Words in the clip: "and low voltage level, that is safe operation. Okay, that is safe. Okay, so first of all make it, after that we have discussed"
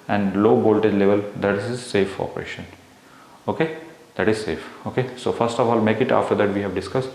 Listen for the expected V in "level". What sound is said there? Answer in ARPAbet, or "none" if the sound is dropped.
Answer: V